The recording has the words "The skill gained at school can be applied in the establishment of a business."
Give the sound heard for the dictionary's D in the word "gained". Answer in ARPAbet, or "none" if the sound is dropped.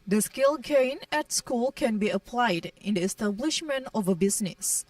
none